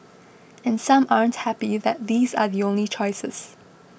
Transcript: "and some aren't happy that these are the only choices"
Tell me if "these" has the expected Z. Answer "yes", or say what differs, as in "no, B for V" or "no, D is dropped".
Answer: yes